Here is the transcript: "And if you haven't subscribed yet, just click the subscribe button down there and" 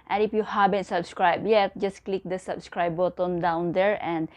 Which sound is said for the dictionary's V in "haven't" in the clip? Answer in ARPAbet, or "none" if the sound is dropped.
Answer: B